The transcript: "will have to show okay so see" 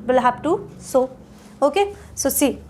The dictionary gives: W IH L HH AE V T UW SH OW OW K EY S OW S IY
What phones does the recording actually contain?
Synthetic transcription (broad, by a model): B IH L HH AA P T UW S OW OW K EY S OW S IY